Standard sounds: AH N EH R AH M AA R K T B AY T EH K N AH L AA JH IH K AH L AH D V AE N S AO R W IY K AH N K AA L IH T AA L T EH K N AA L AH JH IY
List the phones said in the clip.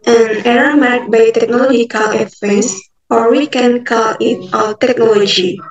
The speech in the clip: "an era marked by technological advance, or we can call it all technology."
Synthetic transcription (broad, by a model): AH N EH R AH M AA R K B AY T EH K N AH L AA JH IH K AH L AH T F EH S AO R W IY K AH N K AA L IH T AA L T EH K N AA L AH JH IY